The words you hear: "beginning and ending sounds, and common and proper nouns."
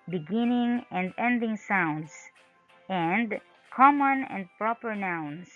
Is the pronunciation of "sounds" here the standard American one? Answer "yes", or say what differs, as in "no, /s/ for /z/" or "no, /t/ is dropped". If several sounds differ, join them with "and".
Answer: no, /s/ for /z/